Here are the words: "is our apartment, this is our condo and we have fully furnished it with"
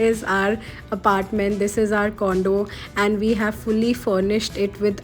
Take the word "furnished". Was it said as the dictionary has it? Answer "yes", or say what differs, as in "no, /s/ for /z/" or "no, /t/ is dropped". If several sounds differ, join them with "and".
yes